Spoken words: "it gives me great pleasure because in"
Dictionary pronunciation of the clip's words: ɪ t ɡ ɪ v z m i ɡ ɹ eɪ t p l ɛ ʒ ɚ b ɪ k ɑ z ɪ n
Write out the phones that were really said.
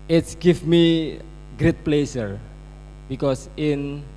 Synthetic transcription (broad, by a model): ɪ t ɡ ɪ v m i ɡ ɹ eɪ t p l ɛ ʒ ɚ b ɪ k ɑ s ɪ n